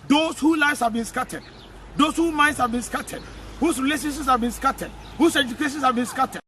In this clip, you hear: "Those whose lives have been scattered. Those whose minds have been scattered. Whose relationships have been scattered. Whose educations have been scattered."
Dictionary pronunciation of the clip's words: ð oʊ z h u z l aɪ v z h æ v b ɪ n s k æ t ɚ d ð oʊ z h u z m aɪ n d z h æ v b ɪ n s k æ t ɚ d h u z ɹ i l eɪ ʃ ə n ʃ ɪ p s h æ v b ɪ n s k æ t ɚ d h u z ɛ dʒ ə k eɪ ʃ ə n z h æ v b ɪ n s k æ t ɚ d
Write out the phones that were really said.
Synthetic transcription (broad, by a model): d oʊ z h u l aɪ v s h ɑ v b ɪ n s k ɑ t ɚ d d oʊ s h u m aɪ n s h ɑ v b ɪ n s k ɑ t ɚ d h u s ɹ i l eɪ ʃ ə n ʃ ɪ s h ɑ v b ɪ n s k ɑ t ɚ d h u s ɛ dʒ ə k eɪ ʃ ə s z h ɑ v b ɪ n s k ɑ t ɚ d